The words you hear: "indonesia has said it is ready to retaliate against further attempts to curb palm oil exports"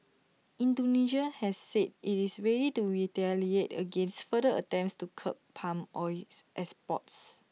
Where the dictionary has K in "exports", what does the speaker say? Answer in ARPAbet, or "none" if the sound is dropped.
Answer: none